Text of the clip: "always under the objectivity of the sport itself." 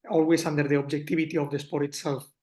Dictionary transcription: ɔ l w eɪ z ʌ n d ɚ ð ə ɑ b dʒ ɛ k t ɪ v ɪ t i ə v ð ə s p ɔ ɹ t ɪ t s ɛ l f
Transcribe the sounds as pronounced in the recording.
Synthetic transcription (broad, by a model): ɔ l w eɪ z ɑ n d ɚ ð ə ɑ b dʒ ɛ k t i b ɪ t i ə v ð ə s p ɔ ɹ t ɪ t s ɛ l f